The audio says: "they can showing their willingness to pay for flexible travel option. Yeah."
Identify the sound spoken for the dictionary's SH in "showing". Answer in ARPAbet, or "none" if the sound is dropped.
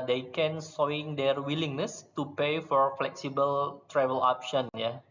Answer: S